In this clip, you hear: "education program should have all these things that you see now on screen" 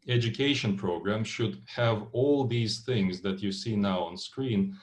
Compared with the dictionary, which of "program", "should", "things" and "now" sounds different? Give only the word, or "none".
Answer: none